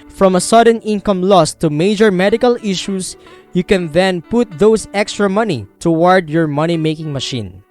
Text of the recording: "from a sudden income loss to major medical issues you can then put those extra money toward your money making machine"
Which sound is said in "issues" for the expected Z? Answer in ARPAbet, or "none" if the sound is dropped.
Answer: S